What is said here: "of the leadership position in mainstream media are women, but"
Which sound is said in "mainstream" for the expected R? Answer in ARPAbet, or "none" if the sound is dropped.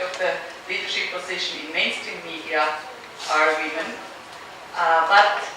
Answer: none